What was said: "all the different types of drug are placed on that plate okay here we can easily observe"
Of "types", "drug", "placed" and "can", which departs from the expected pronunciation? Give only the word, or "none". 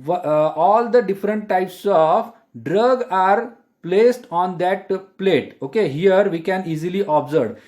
none